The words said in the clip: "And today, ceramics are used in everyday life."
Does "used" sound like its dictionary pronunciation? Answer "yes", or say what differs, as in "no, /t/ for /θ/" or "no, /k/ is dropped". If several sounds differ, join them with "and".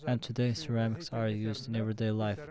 yes